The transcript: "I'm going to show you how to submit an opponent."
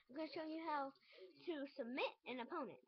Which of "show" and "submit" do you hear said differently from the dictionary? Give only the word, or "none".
none